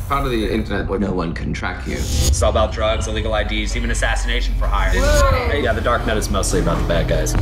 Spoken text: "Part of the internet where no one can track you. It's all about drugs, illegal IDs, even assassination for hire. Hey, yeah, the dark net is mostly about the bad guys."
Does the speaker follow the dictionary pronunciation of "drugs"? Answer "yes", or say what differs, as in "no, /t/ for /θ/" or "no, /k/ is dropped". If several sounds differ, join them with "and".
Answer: yes